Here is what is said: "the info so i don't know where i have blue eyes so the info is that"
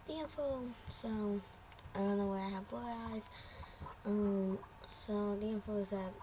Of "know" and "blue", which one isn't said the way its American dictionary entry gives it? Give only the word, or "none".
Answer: blue